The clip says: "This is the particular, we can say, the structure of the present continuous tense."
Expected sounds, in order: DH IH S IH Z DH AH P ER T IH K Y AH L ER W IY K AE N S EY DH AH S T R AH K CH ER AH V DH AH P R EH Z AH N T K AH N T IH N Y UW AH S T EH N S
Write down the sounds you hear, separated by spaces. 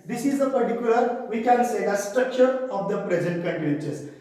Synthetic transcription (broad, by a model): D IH S IH Z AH P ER T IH K Y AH L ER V IY K AE N S EY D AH S T R AH K CH ER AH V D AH P R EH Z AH N T K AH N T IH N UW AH T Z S